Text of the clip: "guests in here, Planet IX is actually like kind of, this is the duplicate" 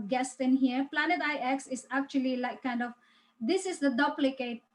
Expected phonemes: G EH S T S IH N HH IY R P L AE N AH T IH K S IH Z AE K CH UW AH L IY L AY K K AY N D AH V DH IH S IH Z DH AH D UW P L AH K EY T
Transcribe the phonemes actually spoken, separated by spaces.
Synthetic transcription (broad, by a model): G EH S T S IH N HH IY R P L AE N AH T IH K S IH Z AE K CH UW AH L IY L AY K K AY N D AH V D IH S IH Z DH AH D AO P L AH K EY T